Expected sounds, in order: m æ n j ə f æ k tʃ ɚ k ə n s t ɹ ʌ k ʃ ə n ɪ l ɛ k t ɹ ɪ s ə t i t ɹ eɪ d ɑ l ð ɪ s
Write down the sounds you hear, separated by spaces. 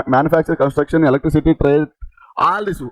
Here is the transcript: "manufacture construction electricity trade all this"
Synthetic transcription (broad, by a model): m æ n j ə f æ k tʃ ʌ k ə n s t ɹ ʌ k ʃ ə n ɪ l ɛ k t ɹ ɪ s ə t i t ɹ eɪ ɑ l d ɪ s